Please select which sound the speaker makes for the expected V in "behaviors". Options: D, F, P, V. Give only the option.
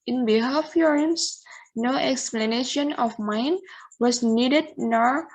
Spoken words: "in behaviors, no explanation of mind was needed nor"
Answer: F